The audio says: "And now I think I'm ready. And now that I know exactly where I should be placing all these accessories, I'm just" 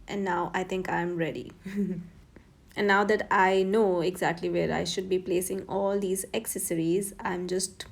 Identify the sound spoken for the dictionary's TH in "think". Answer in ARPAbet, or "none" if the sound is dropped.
T